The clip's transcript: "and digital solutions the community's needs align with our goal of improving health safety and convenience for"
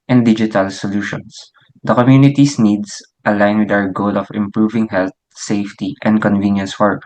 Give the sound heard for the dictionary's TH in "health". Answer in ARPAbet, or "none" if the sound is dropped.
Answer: T